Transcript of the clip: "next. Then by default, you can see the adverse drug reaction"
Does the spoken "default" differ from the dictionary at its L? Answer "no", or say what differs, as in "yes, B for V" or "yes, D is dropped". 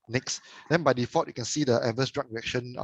yes, L is dropped